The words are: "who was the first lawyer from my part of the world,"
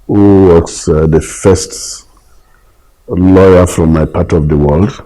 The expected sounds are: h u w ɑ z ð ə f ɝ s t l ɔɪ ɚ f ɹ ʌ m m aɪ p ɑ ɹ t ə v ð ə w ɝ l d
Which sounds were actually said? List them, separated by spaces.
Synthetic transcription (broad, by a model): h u w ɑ s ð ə f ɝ s t l ɔɪ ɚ f ɹ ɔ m m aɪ p ɑ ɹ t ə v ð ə w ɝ l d